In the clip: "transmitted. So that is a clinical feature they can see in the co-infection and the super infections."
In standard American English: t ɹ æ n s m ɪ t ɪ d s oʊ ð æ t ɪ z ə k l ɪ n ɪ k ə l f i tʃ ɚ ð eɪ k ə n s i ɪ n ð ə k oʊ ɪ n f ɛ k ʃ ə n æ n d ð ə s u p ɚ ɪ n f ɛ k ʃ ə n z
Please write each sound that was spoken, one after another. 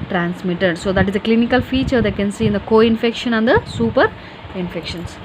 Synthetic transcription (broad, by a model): t ɹ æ n s m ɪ t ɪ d s oʊ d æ t ɪ z ə k l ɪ n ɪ k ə l f i tʃ ɚ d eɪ k ə n s i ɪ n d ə k oʊ ɪ n f ɛ k ʃ ə n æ n d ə s u p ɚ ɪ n f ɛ k ʃ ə n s